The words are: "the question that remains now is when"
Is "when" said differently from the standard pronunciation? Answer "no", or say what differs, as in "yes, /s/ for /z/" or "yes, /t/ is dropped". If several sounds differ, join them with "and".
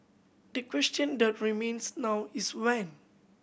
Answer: no